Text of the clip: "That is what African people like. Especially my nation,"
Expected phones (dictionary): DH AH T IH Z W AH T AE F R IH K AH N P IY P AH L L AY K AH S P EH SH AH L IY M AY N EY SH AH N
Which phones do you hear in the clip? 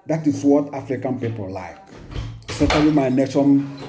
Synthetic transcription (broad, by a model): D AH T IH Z W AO T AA F R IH K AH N P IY P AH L L AY K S EH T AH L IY M AY N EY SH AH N